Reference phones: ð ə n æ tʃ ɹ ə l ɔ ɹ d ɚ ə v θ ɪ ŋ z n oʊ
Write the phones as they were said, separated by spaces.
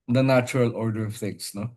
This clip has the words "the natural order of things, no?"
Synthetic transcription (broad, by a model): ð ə n æ tʃ ɹ ə l ɔ ɹ d ɚ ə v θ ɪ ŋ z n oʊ